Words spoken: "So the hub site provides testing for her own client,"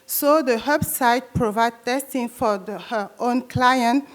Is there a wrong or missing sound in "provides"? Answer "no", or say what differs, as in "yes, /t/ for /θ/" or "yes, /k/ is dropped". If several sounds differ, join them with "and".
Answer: yes, /z/ is dropped